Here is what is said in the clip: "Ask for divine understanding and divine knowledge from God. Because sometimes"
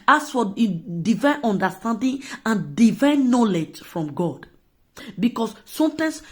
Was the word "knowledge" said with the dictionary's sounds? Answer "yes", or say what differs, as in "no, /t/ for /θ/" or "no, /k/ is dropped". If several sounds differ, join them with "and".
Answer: yes